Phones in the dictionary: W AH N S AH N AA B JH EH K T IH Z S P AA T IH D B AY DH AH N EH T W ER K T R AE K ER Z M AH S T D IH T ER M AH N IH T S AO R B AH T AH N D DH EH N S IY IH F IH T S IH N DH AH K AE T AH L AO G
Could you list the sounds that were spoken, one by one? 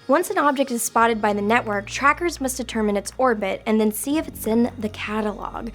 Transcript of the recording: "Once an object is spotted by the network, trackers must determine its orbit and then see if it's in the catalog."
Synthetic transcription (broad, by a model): W AH N S AH N AA B JH EH K T IH Z S P AA T IH D B AY DH AH N EH T W ER K T R AE K ER Z M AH S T D IH T ER M AH N IH T S AO R B AH T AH N DH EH N S IY IH F IH T S IH N DH AH K AE T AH L AO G